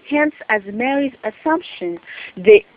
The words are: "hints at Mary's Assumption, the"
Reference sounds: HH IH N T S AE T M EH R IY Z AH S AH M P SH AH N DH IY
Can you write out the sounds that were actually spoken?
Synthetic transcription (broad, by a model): HH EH N S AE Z M EH R IY Z AH S AH M P SH AH N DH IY